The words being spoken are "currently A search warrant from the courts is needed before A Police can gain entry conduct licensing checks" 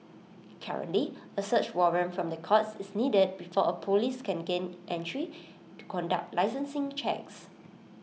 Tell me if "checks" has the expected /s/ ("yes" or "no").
yes